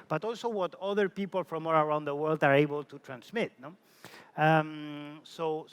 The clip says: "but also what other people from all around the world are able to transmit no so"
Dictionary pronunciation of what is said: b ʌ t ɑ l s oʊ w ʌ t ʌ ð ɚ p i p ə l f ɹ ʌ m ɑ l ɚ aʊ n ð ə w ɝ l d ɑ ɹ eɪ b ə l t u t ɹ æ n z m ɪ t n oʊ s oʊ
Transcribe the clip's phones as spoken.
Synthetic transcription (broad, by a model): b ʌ t ɑ l s oʊ w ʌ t ʌ ð ɚ p i p ə l f ɹ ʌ m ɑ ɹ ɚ aʊ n ð ə w ɝ l d ɑ ɹ eɪ b ə l t u t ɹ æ n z m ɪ t n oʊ s oʊ